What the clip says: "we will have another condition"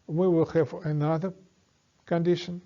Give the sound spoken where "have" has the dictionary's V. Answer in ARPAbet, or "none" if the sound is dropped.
F